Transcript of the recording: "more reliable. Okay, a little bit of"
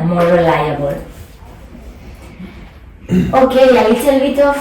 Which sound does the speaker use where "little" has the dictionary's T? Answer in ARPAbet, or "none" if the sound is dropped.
S